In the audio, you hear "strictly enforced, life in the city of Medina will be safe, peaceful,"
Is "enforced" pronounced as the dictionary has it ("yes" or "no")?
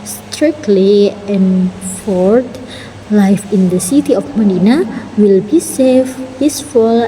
no